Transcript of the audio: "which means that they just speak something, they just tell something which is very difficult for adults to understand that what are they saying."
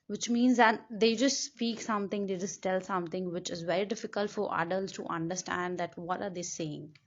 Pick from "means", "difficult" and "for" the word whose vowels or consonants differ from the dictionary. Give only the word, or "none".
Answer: none